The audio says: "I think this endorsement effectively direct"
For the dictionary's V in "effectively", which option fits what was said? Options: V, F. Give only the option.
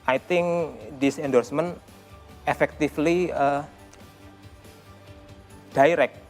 F